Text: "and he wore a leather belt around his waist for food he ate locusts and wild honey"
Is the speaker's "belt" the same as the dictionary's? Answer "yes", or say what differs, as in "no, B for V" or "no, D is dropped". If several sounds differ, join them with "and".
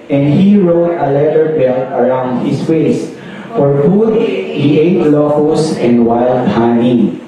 no, T is dropped